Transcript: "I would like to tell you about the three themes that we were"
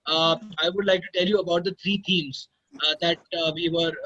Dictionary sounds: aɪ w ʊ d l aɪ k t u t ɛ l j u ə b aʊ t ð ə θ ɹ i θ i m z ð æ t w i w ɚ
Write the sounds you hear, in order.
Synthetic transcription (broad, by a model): aɪ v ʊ d l aɪ k t u t ɛ l j u ə b aʊ t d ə t ɹ i t i m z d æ t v i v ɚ